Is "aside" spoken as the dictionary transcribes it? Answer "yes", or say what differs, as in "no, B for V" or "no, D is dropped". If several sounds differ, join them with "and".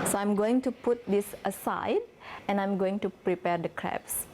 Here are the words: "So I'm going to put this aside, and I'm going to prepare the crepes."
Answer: yes